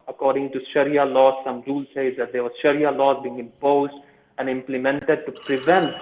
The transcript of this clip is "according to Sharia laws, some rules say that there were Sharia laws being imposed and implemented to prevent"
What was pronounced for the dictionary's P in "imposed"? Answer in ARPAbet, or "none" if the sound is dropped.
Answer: P